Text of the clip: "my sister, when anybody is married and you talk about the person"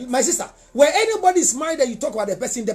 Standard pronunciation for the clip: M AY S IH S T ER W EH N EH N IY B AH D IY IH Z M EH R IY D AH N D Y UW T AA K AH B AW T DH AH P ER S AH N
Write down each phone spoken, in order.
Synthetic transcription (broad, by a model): M AY S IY S T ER W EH EH N IY B AH D IY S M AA IY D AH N Y UW T AA K AH B AW T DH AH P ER S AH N